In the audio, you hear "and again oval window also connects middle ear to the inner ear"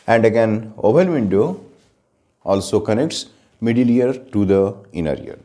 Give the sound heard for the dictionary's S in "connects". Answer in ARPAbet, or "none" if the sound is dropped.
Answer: S